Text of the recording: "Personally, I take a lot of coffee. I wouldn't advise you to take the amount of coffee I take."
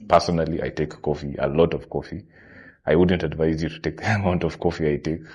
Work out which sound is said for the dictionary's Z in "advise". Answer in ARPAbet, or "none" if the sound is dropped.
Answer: Z